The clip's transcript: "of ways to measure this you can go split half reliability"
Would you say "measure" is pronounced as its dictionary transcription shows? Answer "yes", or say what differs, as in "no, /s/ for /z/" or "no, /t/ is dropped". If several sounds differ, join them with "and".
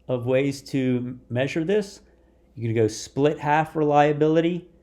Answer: yes